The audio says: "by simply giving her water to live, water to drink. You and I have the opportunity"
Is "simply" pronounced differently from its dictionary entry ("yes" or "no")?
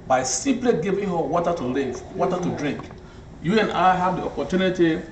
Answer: yes